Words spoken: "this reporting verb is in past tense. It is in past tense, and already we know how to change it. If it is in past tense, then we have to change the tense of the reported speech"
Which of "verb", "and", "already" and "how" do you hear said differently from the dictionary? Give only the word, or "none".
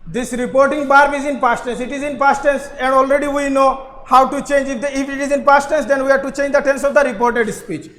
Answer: verb